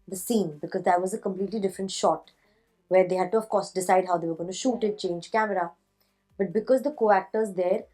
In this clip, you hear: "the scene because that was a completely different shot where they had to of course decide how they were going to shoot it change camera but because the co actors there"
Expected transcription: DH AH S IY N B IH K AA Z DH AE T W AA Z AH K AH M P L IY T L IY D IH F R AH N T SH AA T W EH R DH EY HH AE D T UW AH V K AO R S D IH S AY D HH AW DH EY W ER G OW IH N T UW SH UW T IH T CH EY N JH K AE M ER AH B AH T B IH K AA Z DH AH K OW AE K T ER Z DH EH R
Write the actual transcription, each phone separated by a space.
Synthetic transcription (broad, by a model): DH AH S IY N B IH K AA Z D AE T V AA Z AH K AH M P L IY T L IY D IH F R AH N T SH AA T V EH R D EY HH AE D T UW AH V K AO R S D IH S AY D HH AW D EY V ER G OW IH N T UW SH UW T IH T CH EY N JH K AE M ER AH B AH T B IH K AA Z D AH K OW AE K T ER Z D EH R